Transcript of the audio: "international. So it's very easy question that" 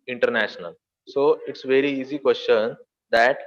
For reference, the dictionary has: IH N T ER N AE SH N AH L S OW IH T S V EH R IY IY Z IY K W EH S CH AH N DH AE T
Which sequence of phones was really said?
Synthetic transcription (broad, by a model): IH N T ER N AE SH N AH L S OW IH T S V EH R IY IY Z IY K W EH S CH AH N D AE T